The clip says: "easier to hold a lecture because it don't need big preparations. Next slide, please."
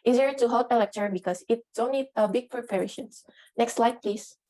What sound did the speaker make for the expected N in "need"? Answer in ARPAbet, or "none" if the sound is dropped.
L